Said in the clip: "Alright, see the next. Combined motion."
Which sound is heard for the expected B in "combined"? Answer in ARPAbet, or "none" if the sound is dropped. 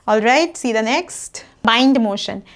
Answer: none